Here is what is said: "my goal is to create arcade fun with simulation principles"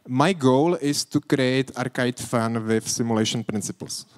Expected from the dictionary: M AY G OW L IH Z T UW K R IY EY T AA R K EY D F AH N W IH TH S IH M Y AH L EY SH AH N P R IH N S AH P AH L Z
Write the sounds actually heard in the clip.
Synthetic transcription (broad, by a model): M AY G OW L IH S T UW K R IY EY T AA R K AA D F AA N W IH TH S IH M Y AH L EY SH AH N P R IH N S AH P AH L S